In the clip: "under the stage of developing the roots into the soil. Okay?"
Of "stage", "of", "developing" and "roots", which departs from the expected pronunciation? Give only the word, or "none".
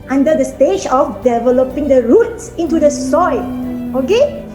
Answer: of